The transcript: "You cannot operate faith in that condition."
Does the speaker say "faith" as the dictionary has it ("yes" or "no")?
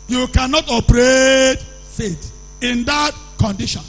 no